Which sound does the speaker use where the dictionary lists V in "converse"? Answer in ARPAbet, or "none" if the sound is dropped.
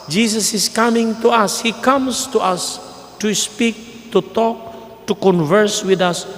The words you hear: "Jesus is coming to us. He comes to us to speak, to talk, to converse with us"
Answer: V